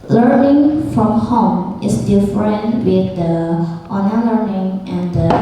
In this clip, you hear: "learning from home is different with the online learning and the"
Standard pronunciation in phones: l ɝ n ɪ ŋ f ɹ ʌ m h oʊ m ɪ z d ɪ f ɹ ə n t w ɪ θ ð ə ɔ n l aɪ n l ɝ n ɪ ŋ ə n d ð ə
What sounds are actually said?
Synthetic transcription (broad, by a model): l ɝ n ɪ ŋ f ɹ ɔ m h oʊ m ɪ s d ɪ f ɹ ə n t w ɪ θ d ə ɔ n aɪ l ɝ n ɪ ŋ ə n d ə